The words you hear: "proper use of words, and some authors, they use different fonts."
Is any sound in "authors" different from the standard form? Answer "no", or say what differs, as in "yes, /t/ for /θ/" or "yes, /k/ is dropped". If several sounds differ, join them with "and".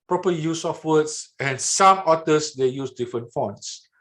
yes, /t/ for /θ/